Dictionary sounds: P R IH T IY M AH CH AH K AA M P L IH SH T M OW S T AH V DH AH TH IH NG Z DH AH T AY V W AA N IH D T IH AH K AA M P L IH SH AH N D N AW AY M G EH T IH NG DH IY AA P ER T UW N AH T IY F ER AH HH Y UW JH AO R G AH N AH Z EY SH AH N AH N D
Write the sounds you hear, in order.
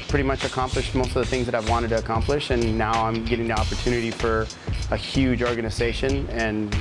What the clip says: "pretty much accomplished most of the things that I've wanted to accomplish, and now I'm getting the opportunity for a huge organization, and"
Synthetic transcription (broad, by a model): P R IH T IY M AH CH AH K AA M P L IH SH T M OW S T AH V DH AH TH IH NG Z DH AH T AY V W AA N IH D T IH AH K AA M P L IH SH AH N N AW AY M G EH T IH NG DH IY AA P ER T UW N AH T IY F ER AH HH Y UW JH AO R G AH N AH Z EY SH AH N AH N